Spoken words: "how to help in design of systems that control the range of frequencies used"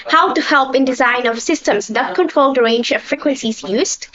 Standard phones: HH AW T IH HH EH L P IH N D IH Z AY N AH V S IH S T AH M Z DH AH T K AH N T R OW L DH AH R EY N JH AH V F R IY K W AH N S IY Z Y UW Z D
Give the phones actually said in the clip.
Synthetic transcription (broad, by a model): HH AW T IH HH EH L P IH N D IH Z AY N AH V S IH S T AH M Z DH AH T K AH N T R OW L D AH R EY N JH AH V F R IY K W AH N S IY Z Y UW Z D